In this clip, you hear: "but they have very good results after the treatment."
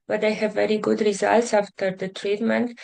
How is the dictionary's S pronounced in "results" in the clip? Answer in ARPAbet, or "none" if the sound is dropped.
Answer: S